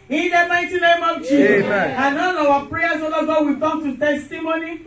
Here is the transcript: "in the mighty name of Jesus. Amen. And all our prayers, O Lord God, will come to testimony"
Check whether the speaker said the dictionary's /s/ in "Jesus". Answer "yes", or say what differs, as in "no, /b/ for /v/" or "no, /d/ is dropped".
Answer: no, /s/ is dropped